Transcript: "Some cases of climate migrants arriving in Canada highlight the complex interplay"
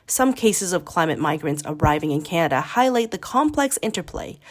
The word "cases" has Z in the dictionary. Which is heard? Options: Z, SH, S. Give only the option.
Z